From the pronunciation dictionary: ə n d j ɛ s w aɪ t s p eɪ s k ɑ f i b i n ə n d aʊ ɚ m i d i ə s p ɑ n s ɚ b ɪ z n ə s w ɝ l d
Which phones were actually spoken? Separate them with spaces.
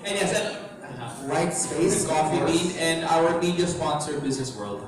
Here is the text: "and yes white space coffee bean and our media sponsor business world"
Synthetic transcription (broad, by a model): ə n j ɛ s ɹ aɪ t s p eɪ s k ɑ f i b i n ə n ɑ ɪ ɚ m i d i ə s p ɑ n s ɚ b ɪ z n ə s w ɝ l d